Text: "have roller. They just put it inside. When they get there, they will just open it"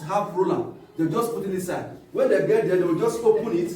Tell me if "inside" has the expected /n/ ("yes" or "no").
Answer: no